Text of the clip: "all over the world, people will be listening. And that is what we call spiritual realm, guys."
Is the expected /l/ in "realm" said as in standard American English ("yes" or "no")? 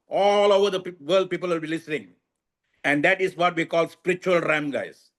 no